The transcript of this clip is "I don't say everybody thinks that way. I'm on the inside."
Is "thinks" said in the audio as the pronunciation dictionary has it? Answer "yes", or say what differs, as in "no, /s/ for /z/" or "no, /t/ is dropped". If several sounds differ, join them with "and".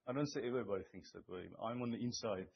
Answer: yes